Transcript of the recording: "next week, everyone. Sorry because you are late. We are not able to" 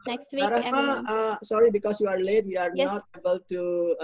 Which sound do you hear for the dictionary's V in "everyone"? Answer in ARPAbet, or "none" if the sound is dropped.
none